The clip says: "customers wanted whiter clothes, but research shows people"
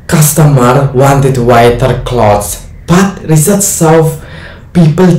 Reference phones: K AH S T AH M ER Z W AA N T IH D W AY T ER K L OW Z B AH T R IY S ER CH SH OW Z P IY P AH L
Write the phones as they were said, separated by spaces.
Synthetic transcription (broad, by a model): K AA S T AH M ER W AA N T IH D W AY T ER K L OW S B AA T R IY S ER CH S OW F P IY P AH L